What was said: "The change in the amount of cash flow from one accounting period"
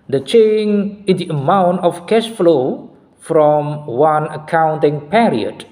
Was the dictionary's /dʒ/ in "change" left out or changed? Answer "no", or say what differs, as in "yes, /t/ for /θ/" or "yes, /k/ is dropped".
yes, /dʒ/ is dropped